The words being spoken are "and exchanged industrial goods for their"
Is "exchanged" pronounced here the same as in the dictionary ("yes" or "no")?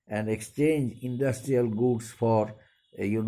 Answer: no